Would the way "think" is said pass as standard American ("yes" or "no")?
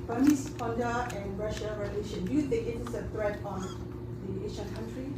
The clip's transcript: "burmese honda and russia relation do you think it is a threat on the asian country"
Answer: no